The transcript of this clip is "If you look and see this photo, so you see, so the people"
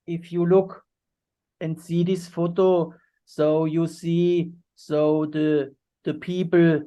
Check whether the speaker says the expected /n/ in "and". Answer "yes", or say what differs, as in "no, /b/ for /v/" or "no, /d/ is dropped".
yes